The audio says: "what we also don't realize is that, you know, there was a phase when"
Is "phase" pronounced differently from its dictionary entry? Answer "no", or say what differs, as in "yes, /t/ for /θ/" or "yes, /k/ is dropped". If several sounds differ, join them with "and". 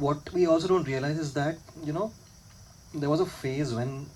no